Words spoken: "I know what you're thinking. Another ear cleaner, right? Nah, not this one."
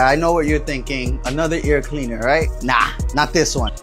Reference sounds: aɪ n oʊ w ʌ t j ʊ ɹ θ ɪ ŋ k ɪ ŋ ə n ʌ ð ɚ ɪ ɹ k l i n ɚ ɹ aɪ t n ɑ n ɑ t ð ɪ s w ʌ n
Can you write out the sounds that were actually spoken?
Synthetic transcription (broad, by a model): aɪ n oʊ w ʌ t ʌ ɹ θ ɪ ŋ k ɪ ŋ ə n ʌ ð ɚ ɪ ɹ k l i n ɚ ɹ aɪ t n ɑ n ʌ t ð ɪ s w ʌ n